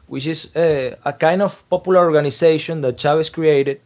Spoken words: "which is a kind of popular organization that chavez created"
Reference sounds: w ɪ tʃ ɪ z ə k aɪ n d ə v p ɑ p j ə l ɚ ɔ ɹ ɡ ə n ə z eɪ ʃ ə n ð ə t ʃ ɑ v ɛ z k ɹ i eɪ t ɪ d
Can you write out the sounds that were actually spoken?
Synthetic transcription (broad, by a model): w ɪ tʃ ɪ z ə k aɪ n d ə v p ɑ p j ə l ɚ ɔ ɹ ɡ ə n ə s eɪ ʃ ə n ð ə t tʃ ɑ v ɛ s k ɹ i eɪ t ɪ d